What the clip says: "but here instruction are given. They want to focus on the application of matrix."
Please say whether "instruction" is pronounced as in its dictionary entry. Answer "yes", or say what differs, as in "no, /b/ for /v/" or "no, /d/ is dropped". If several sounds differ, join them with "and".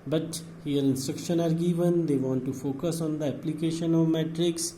yes